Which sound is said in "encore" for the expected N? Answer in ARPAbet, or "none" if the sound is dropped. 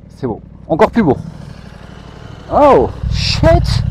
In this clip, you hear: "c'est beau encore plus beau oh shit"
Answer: none